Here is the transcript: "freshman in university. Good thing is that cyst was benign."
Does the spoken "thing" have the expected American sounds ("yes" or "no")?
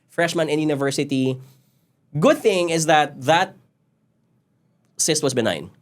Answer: yes